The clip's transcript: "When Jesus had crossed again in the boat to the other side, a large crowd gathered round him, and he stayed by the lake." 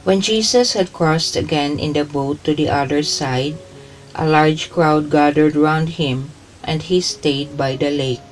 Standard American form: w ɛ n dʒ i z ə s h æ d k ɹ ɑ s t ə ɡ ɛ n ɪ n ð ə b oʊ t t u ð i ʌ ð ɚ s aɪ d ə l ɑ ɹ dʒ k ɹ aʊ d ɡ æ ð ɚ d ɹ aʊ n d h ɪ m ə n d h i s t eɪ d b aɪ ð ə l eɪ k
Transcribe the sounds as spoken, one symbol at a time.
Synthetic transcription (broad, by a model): w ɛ n dʒ i s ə s h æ d k ɹ ɑ s t ə ɡ ɛ n ɪ n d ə b oʊ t t u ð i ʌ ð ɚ s aɪ d ə l ɑ ɹ dʒ k ɹ aʊ d ɡ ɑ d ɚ d ɹ aʊ n d h ɪ m ə n d h i s t eɪ d b aɪ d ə l eɪ k